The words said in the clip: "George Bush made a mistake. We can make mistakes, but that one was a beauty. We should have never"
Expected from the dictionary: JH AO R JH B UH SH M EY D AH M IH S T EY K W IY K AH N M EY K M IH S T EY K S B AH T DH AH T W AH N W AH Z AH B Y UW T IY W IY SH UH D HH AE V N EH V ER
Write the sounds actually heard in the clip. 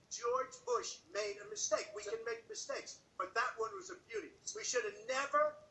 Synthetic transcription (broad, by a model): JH AO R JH B UH SH M EY D AH M IH S T EY K W IY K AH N M EY K M IH S T EY K S B AH T DH AH T W AH N W AH Z AH B Y UW T IY W IY SH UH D N EH V ER